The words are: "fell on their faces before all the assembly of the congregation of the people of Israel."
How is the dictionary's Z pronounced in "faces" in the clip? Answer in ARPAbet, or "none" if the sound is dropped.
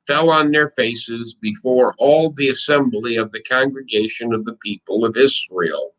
Z